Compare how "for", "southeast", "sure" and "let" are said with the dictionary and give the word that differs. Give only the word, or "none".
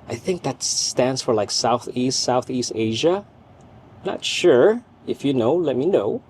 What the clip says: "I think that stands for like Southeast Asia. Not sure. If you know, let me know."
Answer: none